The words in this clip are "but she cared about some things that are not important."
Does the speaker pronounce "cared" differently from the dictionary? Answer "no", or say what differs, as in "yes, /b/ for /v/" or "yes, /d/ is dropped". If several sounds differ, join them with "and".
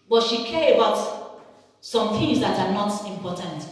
yes, /d/ is dropped